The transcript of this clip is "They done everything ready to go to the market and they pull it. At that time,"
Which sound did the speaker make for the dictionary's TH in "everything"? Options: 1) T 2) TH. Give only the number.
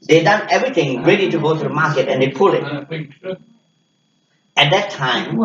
1